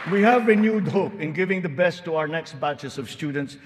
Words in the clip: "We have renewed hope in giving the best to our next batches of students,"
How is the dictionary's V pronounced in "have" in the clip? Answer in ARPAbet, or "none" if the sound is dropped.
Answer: V